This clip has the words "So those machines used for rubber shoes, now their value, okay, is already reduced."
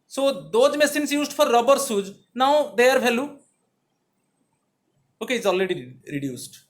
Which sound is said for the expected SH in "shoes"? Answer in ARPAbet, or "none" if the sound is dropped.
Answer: S